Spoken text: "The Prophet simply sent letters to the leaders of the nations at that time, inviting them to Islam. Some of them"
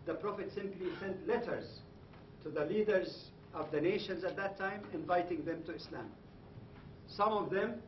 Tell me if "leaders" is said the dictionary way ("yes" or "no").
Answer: yes